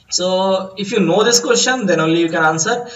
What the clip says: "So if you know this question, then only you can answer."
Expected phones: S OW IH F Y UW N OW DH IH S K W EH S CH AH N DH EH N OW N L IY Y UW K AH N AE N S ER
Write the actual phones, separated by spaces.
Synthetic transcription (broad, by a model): S OW IH F Y UW N OW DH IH S K W EH S CH AH N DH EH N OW L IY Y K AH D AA N S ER